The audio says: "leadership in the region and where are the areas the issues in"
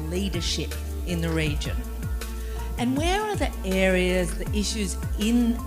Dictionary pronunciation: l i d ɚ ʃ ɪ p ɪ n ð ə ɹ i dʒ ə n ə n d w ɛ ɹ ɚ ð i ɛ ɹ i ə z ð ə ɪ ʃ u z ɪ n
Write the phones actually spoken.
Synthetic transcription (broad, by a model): l i d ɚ ʃ ɪ p ɪ n ð ə ɹ i dʒ ə n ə n w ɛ ɹ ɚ ð i ɛ ɹ i ə z ð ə ɪ ʃ u z ɪ n